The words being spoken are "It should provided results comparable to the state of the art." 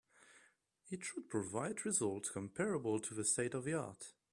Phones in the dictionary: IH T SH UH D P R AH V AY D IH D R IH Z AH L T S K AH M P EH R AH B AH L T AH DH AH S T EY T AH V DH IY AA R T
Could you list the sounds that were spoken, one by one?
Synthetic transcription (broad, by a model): IH T SH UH D P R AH V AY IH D R IH Z AH L T S K AH M P EH R AH B AH L T AH DH AH S T EY T AH V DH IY AA R T